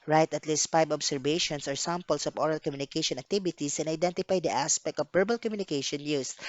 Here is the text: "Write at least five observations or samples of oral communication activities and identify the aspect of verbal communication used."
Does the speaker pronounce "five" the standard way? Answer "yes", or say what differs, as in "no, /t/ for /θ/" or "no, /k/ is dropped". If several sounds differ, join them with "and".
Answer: no, /b/ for /v/